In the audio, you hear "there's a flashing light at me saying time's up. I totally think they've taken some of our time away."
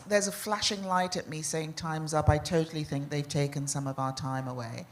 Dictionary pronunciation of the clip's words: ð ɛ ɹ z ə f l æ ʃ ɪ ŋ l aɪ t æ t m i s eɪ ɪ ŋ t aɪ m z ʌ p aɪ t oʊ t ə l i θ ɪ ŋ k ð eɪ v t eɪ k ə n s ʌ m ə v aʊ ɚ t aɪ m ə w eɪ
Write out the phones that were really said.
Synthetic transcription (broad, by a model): ð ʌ ɹ z ə f l æ ʃ ɪ ŋ l aɪ t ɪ t m i s eɪ ɪ ŋ t aɪ m z ʌ p aɪ t oʊ t l i θ ɪ ŋ k ð eɪ v t eɪ k ə n s ʌ m ə v aʊ ɚ t aɪ m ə w eɪ